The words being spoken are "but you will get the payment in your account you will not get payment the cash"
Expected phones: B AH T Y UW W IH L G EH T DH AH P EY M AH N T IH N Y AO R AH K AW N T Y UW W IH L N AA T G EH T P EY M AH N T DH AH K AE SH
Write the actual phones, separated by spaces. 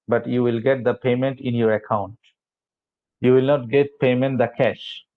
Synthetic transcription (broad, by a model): B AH T Y UW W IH L G EH T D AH P EY M AH N T IH N Y AO R AH K AW N T Y UW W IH L N AA T G EH T P EY M AH N T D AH K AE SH